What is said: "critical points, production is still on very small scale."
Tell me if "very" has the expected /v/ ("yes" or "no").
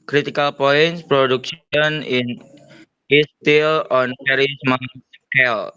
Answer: no